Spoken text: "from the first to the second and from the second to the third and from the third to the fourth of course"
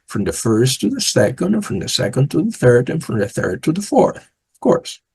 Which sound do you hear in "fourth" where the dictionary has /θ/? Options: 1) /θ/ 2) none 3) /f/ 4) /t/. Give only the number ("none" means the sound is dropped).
1